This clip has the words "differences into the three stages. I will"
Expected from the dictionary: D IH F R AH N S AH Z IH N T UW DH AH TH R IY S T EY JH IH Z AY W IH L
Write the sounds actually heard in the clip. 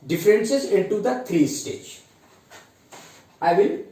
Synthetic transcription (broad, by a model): D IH F R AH N S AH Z IH N T UW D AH T R IY S T EY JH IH IH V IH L